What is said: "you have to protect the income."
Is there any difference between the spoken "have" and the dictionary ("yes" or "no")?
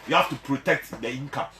yes